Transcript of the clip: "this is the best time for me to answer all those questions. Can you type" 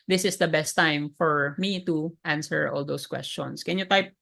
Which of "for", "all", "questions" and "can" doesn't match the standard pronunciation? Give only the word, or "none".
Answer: questions